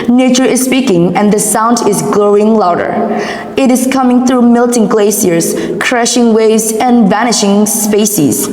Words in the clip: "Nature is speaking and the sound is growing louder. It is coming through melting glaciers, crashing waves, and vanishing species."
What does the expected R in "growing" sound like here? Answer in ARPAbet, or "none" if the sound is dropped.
L